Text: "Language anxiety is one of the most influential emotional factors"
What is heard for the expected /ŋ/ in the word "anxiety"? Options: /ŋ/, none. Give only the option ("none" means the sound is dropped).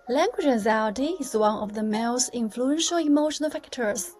none